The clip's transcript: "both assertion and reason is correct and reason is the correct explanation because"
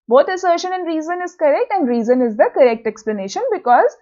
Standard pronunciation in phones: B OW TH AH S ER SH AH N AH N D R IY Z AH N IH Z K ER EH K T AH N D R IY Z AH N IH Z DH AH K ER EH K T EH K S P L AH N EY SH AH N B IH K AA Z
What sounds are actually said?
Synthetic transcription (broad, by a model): B OW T AH S ER SH AH N AH N D R IY Z AH N IH Z K ER EH K T AH N D R IY Z AH N IH Z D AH K ER EH K T EH K S P L AH N EY SH AH N B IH K AA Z